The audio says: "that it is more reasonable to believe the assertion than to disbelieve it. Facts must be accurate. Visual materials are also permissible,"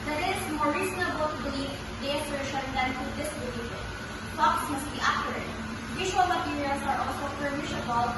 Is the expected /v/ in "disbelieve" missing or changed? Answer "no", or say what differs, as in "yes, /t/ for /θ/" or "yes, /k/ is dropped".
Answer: yes, /f/ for /v/